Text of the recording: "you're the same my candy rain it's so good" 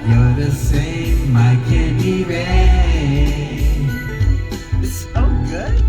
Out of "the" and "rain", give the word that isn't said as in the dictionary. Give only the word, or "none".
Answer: rain